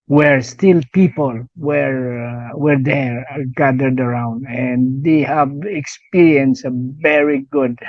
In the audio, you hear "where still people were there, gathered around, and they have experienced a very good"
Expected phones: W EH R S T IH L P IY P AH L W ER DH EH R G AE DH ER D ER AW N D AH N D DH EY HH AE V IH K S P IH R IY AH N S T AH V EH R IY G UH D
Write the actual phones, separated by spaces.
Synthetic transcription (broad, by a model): W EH R S T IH L P IY P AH L W ER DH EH R G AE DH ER D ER AW N D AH N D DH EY HH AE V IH K S P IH R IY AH N S AH V EH R IY G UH D